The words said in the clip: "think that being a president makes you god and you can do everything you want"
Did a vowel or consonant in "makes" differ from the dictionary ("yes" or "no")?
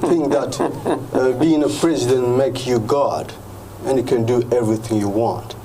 yes